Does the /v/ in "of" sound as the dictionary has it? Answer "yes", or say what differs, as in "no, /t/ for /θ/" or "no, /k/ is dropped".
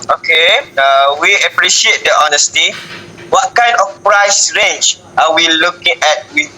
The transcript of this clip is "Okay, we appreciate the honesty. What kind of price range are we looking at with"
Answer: no, /f/ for /v/